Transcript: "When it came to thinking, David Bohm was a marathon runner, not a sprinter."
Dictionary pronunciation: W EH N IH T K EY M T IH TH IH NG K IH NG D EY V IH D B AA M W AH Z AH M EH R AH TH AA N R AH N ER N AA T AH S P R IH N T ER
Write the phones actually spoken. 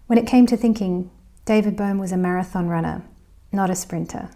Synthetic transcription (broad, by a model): W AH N IH T K EY M T IH TH IH NG K IH NG D EY V IH D B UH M W AH Z AH M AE R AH TH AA N R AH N ER N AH T AH S P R IH N T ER